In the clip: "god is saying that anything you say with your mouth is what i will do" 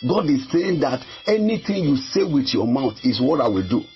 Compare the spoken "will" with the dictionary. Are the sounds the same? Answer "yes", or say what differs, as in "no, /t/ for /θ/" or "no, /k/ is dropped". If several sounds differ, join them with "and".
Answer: yes